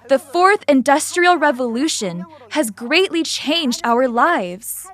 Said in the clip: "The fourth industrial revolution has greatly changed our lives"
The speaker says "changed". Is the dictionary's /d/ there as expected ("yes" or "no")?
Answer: yes